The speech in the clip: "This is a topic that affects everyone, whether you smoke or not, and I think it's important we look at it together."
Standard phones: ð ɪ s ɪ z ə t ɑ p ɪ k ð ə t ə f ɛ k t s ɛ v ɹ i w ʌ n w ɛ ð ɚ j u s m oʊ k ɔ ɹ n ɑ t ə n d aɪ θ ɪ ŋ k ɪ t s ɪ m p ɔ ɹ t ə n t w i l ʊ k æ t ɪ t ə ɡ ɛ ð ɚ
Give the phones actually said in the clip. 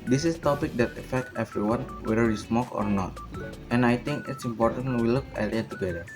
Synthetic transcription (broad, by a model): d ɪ s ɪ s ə t ɑ p ɪ k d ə t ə f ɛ k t ɛ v ɹ i w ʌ n w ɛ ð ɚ j u s m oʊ k ɔ ɹ n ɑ t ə n aɪ t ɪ ŋ k ɪ t s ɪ m p ɔ ɹ t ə n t w i l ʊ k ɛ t ɪ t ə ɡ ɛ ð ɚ